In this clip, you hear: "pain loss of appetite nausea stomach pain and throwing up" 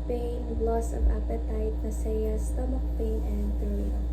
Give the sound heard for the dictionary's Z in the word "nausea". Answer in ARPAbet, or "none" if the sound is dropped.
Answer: S